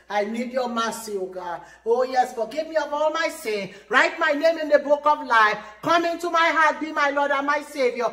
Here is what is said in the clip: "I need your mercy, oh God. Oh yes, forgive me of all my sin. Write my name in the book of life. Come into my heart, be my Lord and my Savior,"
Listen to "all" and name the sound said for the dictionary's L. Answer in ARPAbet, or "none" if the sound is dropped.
L